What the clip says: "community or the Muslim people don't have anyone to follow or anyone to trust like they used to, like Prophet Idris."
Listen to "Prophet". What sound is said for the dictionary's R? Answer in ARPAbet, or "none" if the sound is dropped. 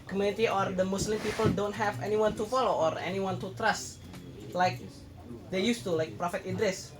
R